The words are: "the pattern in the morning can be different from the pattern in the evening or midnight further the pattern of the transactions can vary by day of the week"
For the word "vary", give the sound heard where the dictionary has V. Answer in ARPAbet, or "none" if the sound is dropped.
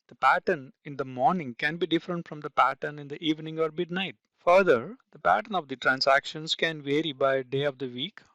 V